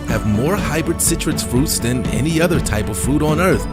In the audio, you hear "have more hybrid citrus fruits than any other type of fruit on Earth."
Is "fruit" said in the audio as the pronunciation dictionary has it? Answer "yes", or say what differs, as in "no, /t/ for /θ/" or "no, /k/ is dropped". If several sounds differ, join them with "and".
yes